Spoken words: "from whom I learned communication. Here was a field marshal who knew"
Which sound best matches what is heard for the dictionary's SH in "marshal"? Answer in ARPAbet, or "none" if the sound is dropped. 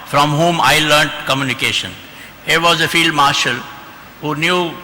SH